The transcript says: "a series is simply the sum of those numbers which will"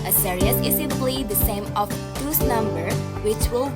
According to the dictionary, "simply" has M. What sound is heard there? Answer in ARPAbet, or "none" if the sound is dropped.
none